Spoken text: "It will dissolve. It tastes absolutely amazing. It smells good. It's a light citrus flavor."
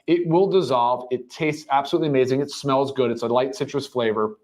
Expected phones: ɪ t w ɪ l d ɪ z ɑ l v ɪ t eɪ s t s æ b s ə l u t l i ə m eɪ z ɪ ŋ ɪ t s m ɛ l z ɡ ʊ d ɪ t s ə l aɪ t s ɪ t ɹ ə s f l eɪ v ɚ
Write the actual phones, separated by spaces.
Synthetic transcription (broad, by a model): ɪ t w ɪ l d ɪ z ɑ l v ɪ t eɪ s t s æ b s ə l u t l i ə m eɪ z ɪ ŋ ɪ t s m ɛ l z ɡ ʊ d ɪ t s ə l aɪ t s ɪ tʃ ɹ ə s f l eɪ v ɚ